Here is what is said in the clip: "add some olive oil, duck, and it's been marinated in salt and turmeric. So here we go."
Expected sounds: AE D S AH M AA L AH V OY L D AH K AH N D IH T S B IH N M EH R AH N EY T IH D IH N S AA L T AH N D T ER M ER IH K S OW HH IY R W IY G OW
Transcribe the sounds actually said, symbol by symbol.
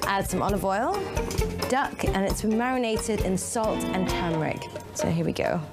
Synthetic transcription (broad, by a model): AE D S AH M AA N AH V OY L D AH K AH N IH T S B IH N M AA R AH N EY T IH D IH N S AA L T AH N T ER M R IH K S OW HH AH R W IY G OW